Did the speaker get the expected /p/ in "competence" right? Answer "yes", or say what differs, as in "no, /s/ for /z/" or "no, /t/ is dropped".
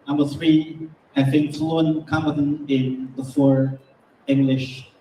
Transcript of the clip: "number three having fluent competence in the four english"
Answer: no, /b/ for /p/